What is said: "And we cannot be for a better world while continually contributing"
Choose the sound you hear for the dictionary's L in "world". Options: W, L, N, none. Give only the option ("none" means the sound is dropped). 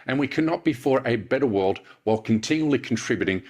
L